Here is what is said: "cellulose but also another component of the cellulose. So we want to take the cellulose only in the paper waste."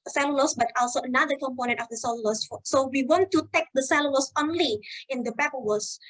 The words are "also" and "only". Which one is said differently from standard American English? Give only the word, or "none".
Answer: none